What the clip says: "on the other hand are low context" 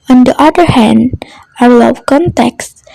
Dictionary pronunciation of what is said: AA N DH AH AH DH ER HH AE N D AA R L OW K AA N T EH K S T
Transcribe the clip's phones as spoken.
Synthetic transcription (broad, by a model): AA N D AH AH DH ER HH AE N D AA R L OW K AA N T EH K S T